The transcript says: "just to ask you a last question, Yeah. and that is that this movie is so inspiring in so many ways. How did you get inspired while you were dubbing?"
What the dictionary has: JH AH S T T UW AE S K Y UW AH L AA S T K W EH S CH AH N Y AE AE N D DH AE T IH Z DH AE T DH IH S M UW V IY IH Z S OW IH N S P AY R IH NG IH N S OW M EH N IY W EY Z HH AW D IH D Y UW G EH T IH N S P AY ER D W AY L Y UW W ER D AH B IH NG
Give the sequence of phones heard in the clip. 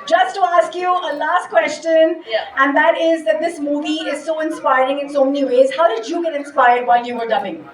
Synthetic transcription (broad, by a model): JH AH S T T UW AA S K Y UW AH L AA S T K W EH S CH AH N Y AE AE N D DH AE T IH Z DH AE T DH IH S M UW V IY IH Z S OW IH N S P AY R IH NG IH N S OW M EH N IY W EY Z HH AW D IH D Y UW G EH T IH N S P AY ER D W AY L Y UW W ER D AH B IH NG